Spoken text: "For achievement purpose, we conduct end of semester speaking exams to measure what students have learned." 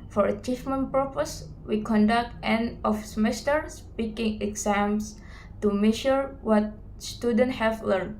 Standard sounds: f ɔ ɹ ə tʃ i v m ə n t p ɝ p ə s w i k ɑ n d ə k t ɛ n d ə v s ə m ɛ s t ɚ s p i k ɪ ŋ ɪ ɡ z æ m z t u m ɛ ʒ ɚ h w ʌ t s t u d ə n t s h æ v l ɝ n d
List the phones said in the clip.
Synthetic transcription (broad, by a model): f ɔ ɹ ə tʃ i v m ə n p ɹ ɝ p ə s w i k ɑ n d ə k t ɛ n ə f s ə m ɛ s t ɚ s p i k ɪ ŋ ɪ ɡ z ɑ m s t u m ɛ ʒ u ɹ w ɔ t s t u d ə n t h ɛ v l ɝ n